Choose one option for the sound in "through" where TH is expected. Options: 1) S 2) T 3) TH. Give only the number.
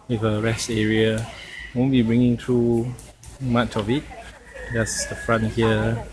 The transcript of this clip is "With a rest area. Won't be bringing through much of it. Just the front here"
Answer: 2